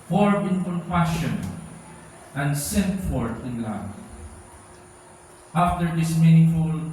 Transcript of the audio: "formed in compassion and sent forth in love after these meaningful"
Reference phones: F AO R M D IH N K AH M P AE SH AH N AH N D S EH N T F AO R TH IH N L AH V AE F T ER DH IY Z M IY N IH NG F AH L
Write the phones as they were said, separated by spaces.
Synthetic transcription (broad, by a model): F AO R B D IH N K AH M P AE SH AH N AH N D S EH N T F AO R T IH N L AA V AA F T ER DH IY S M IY N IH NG F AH L